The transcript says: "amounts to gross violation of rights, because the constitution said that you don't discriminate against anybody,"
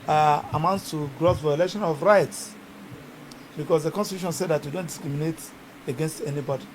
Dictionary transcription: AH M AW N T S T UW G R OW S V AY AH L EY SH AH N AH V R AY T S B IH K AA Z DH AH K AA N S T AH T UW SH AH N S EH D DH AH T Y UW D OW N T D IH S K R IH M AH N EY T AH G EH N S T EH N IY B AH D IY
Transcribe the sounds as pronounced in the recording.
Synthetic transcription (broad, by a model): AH M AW N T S T UW G R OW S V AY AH L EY SH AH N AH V R AY T S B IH K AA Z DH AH K AA N S T AH T UW SH AH N S EH D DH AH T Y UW D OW N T D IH S K R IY M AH N EY T AH G EH N S T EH N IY B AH D IY